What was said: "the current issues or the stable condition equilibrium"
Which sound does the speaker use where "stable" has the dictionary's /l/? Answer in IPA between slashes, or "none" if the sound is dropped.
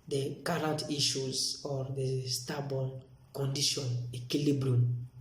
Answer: /n/